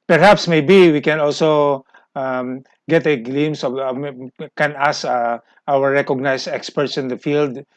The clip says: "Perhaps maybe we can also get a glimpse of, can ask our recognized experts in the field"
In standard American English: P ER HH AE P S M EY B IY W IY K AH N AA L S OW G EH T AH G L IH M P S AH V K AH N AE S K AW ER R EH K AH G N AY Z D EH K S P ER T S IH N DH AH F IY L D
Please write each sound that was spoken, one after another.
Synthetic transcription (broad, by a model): P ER HH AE P S M EY B IY W IY K AH N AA L S OW G EH T AH G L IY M S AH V K AH N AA S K AW ER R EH K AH G N AY S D EH K S P ER T S IH N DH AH F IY L D